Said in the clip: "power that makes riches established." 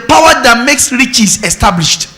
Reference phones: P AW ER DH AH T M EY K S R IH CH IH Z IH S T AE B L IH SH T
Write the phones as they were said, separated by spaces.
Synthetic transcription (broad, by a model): P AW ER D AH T M EY K S R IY CH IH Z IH S T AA B L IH SH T